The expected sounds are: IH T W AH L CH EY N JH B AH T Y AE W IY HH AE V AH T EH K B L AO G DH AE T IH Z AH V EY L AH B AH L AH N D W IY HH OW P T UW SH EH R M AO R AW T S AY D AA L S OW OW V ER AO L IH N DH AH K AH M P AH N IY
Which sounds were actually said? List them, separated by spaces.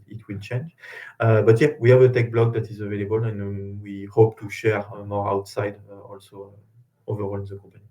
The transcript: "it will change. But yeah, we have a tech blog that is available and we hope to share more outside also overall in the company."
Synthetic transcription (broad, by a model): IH T W AH L CH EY N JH B AH T Y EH W IY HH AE V AH T EH K B L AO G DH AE T IH Z AH V EY L AH B AH L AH N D W IY HH OW P T UW SH EH R M AO R AW T S AY D AA L S OW OW V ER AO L IH N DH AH K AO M P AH N IY